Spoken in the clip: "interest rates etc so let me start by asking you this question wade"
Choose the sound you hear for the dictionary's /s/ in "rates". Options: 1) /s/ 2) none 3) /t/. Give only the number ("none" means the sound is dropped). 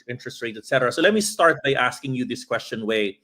2